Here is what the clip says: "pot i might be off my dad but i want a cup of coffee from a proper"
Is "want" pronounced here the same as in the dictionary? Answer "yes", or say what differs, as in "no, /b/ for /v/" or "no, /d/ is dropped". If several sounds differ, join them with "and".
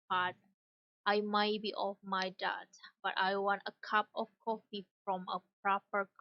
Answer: yes